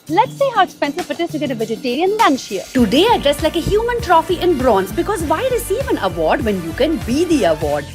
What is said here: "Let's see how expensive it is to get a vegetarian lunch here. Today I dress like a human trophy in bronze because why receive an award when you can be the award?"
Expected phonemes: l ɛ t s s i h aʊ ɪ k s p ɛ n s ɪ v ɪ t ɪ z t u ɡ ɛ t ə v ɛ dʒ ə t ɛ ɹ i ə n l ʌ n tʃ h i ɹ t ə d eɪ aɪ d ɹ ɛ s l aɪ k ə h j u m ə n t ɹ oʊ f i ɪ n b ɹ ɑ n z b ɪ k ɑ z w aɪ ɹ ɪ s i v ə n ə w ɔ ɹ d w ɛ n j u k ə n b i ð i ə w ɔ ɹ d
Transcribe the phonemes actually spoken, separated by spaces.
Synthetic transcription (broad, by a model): l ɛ t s s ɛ h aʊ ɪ s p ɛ n s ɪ f ɪ t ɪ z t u ɡ ɛ t ə v ɛ dʒ ə t ɛ ɹ i ə n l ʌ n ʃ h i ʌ t ə d eɪ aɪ d ɹ ɛ s l aɪ k ə h j u m ə n t ɹ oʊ f i ɪ n b ɹ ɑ n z b ɪ k ɑ z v aɪ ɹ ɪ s i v ə n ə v ɔ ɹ d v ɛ n j u k ə n b i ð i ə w ɔ ɹ d